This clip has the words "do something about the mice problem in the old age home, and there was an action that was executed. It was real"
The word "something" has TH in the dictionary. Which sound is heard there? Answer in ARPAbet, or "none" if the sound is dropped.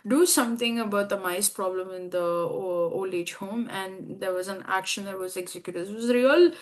T